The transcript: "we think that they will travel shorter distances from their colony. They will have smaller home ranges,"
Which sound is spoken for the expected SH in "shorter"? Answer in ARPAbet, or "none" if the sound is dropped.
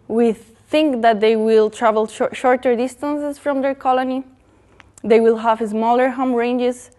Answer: SH